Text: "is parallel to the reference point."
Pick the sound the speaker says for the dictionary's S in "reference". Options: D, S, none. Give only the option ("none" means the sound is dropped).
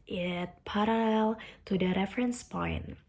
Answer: S